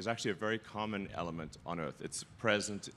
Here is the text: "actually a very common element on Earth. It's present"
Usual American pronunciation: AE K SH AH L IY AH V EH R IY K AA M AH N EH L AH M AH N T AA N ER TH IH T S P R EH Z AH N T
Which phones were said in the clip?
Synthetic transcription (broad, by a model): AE K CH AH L IY AH V EH R IY K AA M AH N EH L AH M AH N T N ER TH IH T S P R EH Z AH N T